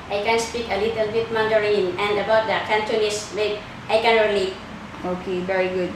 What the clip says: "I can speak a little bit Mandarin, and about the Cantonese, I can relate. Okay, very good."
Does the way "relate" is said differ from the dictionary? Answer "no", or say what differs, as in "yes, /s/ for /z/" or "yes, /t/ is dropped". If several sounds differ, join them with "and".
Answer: yes, /t/ is dropped